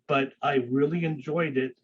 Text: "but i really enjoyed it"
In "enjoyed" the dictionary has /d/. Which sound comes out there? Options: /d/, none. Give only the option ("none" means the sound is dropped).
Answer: /d/